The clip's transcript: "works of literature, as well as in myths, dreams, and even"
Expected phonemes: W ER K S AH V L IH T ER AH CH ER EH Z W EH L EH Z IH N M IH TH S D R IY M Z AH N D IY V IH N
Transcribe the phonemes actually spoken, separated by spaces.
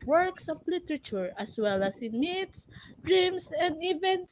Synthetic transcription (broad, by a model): W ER K S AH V L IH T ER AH CH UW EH S W EH L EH S IH N M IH T S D R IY M S AH N D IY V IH N